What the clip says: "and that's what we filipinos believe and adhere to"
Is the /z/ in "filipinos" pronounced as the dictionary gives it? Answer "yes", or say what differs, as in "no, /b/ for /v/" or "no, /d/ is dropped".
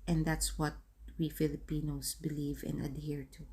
no, /s/ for /z/